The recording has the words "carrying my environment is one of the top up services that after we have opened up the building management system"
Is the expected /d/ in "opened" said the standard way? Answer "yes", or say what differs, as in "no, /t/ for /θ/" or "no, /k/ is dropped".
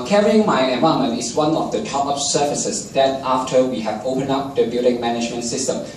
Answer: no, /d/ is dropped